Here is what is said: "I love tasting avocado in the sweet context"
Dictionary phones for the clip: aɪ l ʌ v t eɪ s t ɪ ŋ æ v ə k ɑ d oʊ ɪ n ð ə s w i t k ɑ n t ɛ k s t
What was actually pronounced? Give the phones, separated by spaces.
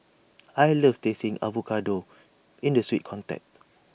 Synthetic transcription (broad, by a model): aɪ l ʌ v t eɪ s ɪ ŋ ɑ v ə k ɑ d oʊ ɪ n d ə s w i t k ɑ n t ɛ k t